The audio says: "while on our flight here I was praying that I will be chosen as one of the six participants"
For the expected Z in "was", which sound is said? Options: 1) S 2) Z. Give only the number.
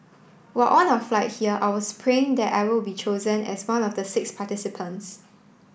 1